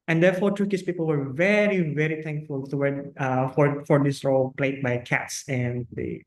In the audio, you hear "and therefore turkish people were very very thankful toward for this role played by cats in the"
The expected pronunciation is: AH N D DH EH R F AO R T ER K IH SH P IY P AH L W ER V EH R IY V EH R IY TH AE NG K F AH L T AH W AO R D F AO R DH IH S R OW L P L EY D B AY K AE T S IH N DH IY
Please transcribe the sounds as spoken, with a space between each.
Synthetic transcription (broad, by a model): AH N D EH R F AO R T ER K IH S P IY P AH L W ER V EH R IY V EH R IY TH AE NG K F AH L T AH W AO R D F AO R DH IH S R OW L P L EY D B AY K AE T S IH N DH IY